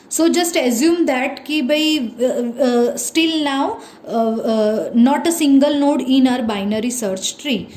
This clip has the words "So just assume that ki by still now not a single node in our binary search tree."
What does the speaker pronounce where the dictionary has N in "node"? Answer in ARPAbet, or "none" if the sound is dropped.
N